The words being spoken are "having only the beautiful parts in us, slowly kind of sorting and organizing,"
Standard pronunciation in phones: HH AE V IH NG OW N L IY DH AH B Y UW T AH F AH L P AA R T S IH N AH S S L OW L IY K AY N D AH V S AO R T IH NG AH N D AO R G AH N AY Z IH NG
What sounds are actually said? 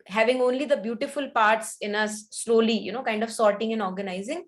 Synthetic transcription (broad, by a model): HH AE V IH NG OW N L IY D AH B Y UW T AH F AH L P AA R T S IH N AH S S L OW L IY K AY N D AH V S AO R T IH NG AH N AO R G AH N AY Z IH NG